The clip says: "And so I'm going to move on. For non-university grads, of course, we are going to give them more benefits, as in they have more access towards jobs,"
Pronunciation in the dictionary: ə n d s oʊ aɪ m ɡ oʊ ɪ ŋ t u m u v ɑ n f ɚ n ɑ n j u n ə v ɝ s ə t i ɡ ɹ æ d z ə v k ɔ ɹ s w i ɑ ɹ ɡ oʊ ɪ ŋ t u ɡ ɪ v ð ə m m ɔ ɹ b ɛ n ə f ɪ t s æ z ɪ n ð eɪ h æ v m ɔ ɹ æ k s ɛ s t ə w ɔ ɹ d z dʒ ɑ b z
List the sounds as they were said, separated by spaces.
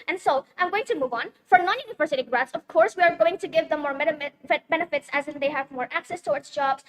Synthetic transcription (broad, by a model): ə n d s oʊ aɪ m ɡ oʊ ɪ ŋ t u m u v ɑ n f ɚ n ɑ n j u n ə v ɝ s ə t i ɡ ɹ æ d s ə v k ɔ ɹ s w i ɑ ɹ ɡ oʊ ɪ ŋ t u ɡ ɪ v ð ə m m ɔ ɹ b ɛ n ə f ɪ t s æ z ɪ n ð eɪ h æ v m ɔ ɹ æ k s ɛ s t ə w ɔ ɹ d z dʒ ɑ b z